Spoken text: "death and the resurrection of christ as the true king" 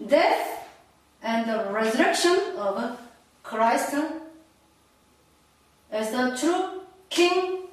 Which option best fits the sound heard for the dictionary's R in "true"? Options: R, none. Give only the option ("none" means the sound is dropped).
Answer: R